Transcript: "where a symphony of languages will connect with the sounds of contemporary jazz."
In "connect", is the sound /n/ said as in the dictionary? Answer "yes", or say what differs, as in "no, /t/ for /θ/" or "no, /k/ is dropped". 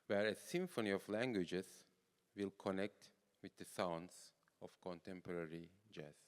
yes